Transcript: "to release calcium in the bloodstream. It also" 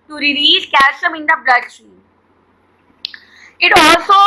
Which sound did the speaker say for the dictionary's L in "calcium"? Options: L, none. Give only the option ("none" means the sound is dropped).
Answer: none